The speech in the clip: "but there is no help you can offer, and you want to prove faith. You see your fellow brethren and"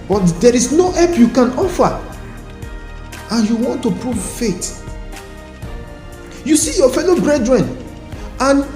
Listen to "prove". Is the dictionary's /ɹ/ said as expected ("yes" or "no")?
yes